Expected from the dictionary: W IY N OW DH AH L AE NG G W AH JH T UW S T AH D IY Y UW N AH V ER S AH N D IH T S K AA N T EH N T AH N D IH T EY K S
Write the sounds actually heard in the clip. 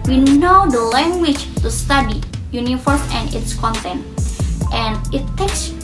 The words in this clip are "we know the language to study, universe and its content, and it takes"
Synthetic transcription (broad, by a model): W IY N OW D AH L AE NG G W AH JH T UW S T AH D IY Y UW N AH F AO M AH N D IH T S K AA N T EH N T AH N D IH T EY K S